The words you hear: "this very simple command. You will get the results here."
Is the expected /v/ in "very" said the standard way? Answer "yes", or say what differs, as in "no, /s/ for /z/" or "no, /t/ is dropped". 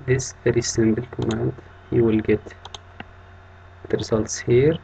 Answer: no, /f/ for /v/